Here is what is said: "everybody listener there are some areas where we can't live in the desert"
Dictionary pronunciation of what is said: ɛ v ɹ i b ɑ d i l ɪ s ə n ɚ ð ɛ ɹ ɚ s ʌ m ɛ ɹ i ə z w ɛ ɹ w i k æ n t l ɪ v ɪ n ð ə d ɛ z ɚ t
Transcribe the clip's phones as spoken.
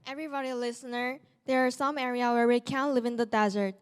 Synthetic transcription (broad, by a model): ɛ v ɹ i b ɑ d i l ɪ s ə n ɚ ð ɛ ɹ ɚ s ʌ m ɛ ɹ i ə w ɛ ɹ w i k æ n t l ɪ v ɪ n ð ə d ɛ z ɚ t